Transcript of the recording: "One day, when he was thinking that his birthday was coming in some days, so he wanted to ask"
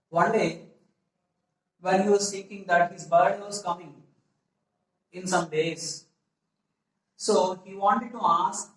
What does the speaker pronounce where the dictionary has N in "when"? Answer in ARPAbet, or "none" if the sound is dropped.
L